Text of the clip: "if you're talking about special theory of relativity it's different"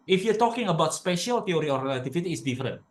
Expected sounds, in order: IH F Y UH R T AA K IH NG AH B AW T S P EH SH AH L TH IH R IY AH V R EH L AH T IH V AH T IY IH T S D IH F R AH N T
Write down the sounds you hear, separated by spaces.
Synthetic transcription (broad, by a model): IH F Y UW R T AA K IH NG AH B AW T S P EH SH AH L T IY R IY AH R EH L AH T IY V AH T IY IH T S D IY F R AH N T